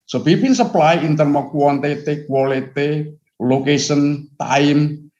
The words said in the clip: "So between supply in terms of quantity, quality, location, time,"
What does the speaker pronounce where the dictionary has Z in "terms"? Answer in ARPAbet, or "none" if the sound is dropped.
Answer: none